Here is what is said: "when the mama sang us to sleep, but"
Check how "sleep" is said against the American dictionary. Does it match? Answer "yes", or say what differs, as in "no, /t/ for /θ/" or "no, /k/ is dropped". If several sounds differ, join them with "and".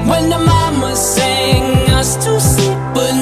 no, /l/ is dropped